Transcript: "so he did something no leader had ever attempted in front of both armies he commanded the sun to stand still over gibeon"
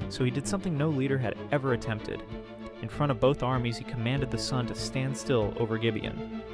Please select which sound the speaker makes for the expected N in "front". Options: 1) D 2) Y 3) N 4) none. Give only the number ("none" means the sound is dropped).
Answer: 4